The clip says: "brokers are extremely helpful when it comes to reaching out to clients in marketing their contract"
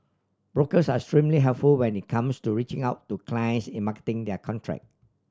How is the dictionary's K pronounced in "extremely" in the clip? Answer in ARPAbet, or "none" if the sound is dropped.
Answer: none